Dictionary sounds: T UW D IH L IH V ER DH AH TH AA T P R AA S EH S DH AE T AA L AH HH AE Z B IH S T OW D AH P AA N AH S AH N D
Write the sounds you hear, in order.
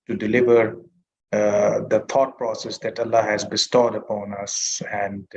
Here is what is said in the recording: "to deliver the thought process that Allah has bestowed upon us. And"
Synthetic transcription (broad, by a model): T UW D IH L IH V ER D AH T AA T P R AA S EH S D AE T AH L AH HH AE Z B IH S T OW D AH P AA N AH S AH N D